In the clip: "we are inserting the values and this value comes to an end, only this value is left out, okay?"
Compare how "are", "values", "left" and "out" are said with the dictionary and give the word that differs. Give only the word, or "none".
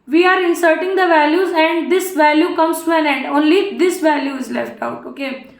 none